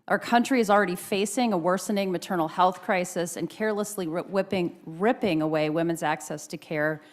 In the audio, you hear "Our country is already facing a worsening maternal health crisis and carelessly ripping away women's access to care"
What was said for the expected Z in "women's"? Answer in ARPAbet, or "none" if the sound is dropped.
Z